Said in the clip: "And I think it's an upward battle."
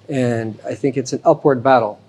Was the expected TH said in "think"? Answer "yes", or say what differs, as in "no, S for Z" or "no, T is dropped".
yes